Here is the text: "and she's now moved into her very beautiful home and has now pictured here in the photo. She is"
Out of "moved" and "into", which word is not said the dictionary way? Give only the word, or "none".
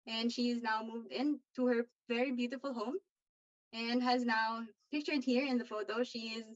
none